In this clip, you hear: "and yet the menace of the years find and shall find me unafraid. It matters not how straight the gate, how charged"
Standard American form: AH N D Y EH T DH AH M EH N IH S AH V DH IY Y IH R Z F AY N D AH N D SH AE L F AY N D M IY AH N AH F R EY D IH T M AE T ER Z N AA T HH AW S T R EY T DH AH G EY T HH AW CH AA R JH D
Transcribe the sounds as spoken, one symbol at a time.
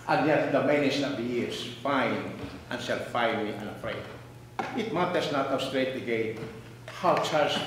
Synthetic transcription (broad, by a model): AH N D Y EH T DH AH M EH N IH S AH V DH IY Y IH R S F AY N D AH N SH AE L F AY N M IY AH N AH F R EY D IH T M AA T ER S N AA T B S T R EY T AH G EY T HH AW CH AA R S